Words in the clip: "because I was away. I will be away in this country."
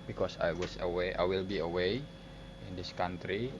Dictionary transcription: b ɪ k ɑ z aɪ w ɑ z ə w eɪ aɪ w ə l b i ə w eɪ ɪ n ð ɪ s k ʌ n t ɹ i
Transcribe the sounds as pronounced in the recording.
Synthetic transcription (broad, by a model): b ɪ k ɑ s aɪ w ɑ s ə w eɪ aɪ w ə l b i ə w eɪ ɪ n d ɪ s k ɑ n t ɹ i